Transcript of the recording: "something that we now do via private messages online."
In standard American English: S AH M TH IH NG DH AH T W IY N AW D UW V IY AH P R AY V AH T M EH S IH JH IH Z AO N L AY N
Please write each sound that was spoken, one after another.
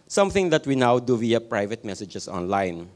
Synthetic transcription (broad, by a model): S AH M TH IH NG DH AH T W IY N AW D UW V IY AH P R AY V AH T M EH S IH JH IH S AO N L AY N